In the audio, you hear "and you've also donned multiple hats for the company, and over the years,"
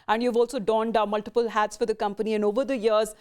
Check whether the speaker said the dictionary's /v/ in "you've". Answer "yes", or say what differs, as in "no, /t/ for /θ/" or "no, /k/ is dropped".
yes